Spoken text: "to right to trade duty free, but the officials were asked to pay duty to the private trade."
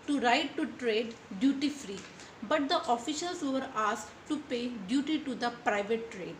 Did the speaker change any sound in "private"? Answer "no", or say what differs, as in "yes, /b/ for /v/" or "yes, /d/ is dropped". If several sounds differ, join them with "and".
no